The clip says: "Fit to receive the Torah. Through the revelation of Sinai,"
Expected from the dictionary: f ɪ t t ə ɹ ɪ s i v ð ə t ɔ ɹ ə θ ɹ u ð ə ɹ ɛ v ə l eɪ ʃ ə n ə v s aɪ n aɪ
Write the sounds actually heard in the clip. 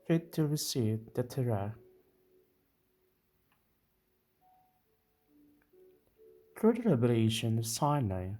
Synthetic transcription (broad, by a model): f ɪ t t ə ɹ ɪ s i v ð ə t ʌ ɹ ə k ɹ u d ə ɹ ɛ b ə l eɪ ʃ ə n ə v s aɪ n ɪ